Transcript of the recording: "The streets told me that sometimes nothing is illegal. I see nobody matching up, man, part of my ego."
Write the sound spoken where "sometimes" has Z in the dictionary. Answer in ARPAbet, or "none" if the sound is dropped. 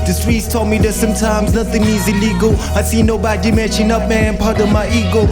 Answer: Z